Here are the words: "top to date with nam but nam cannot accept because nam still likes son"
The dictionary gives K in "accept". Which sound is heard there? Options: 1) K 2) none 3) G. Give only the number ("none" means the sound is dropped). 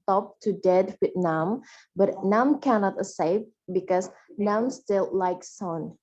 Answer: 2